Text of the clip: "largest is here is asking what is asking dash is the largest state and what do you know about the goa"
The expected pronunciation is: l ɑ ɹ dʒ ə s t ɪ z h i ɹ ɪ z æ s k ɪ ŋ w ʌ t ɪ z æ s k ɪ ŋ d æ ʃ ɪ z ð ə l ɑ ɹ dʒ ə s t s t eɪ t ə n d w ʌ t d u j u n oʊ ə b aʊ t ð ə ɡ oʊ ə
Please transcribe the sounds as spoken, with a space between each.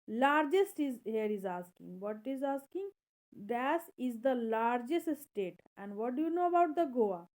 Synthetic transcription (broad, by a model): l ɑ ɹ dʒ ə s t ɪ z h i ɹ ɪ z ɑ s k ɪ ŋ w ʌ t ɪ z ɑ s k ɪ ŋ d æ s ɪ z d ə l ɑ ɹ dʒ ə s t s t eɪ t ə n d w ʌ t d u j u n oʊ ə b aʊ t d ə ɡ oʊ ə